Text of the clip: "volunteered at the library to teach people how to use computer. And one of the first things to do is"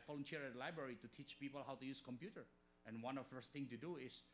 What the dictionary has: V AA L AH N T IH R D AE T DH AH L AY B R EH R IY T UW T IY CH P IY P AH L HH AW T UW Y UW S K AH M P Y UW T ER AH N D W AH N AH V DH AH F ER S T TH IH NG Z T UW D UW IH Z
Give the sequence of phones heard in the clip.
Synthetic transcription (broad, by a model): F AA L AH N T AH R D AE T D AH L AY B R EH R IY T UW T IY CH P IY P AH L HH AW T UW Y UW S K AH M P Y UW T ER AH N W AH N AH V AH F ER S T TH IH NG T UW D UW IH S